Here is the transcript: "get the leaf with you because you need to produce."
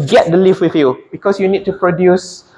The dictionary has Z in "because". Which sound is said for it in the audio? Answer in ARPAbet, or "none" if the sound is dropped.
S